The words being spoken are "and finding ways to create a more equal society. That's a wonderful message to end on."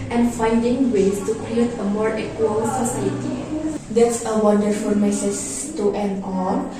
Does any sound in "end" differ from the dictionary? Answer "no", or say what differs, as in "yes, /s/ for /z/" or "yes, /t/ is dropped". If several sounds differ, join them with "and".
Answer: yes, /d/ is dropped